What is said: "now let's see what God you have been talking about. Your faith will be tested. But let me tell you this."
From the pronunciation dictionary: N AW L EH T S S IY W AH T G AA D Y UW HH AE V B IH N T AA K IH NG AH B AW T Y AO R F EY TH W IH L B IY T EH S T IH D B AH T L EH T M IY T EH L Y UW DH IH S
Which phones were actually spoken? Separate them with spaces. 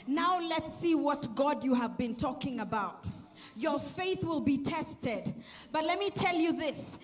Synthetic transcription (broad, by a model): N AW L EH T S S IY W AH T G AA D Y UW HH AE V B IH N T AA K IH NG AH B AW T Y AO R F EY TH W IH L B IY T EH S T IH D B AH T L EH T M IY T EH L Y UW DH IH S